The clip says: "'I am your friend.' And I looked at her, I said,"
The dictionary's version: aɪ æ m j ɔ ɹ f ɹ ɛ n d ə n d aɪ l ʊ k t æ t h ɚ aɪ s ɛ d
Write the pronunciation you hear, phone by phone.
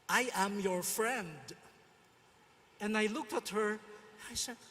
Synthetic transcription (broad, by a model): aɪ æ m j ɔ ɹ f ɹ ɛ n d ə n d aɪ l ʊ k t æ t h ɚ aɪ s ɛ